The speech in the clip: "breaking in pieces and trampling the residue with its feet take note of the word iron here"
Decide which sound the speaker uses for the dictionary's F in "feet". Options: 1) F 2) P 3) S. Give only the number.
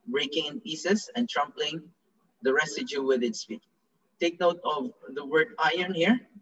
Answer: 2